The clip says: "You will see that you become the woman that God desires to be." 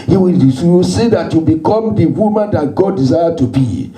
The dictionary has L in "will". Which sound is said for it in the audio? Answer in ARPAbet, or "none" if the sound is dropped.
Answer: W